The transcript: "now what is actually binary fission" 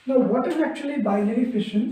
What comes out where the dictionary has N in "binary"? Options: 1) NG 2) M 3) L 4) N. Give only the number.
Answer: 3